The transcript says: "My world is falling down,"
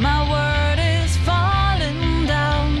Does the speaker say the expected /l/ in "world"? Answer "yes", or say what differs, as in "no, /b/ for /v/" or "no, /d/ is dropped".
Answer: no, /l/ is dropped